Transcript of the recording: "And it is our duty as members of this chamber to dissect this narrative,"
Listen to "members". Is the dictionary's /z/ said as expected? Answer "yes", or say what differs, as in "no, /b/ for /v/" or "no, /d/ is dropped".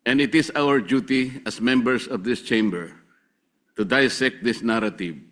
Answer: no, /s/ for /z/